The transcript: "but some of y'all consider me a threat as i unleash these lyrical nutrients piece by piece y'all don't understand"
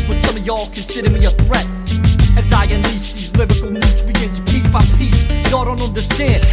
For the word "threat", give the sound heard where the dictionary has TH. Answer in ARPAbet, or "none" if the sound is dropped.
TH